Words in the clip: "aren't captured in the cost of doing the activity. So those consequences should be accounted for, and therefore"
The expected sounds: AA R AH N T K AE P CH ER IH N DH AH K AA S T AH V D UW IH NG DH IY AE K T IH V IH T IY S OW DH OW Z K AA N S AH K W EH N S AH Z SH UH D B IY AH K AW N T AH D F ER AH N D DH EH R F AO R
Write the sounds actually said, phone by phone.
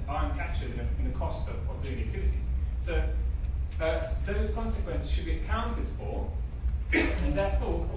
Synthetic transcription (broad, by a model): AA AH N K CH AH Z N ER IH N DH AH K AA S T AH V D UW IH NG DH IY AE K T IH V IH T IY S OW DH OW Z K AA N S AH K W EH N S AH Z SH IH D B IY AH K AW N T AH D F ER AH N DH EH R F AO